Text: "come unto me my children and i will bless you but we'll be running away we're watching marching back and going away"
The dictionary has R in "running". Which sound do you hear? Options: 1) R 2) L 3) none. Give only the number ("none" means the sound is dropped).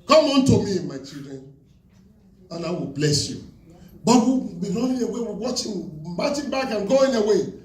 2